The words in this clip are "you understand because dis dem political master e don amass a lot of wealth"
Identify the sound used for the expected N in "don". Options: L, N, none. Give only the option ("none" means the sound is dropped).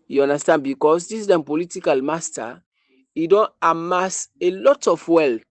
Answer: N